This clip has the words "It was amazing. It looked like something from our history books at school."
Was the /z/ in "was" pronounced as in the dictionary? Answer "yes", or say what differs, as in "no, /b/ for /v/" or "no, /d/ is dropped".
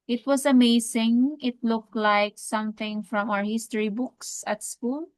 no, /s/ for /z/